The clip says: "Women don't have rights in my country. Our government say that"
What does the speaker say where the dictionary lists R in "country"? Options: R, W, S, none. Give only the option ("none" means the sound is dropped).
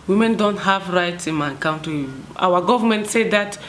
none